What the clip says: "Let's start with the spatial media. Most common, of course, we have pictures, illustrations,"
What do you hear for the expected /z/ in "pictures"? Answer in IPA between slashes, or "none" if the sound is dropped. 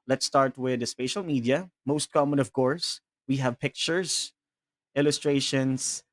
/s/